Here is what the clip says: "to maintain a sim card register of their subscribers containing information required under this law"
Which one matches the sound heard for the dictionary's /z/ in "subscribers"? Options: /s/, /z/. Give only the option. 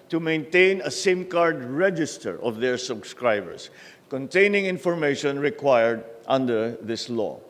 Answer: /s/